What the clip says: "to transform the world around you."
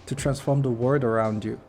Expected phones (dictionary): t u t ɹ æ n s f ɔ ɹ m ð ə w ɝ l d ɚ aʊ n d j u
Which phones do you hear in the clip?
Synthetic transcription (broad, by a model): t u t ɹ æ n s f ɔ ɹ m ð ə w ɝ d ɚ aʊ n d j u